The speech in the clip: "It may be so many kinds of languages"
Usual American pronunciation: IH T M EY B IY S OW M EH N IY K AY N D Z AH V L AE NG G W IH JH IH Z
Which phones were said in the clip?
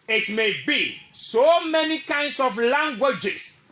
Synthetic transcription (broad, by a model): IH T M EY B IY S OW M EH N IY K AY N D S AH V L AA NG G W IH JH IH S